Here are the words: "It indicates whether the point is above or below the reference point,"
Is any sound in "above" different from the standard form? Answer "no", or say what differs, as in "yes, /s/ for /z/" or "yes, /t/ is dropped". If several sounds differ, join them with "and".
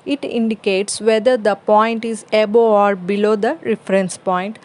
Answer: yes, /v/ is dropped